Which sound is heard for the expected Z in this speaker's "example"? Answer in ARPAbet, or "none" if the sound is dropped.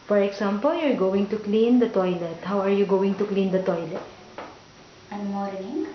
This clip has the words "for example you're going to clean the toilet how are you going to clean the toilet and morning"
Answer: S